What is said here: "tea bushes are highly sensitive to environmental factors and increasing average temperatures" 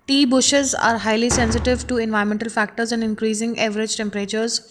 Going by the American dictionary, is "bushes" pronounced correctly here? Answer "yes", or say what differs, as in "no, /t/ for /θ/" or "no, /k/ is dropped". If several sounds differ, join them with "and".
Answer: yes